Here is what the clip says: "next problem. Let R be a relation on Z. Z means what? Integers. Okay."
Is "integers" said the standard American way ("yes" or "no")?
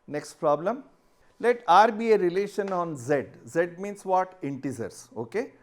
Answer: no